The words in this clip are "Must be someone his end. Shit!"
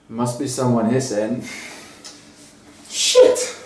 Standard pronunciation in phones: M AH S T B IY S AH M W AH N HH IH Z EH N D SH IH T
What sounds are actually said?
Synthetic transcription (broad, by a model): M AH S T B IY S AH M W AH N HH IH S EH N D SH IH T